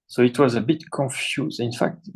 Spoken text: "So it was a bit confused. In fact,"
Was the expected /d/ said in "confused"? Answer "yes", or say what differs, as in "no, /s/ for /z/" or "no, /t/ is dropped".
no, /d/ is dropped